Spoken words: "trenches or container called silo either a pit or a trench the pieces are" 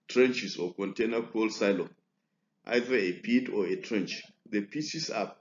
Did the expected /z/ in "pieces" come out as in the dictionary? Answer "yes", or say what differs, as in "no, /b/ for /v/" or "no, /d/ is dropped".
no, /s/ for /z/